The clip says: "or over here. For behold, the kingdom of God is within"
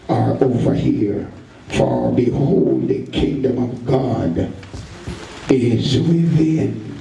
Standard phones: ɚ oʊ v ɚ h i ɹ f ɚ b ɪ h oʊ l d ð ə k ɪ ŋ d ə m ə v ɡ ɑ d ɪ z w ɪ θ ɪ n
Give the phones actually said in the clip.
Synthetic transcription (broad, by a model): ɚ oʊ v ɚ h i ɹ f ɚ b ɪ h oʊ l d ð ə k ɪ ŋ d ə m ə v ɡ ɑ d ɪ z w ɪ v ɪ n